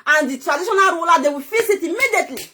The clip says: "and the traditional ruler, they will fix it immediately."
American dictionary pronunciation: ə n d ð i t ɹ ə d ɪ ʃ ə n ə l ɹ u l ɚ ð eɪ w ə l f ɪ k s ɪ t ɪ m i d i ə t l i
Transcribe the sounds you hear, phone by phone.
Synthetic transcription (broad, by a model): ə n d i t ɹ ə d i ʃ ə n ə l w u l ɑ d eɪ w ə f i s ɪ t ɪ m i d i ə t l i